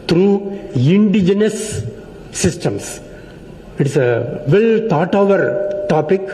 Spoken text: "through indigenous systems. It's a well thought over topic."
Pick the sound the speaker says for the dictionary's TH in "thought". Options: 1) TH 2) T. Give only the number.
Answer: 2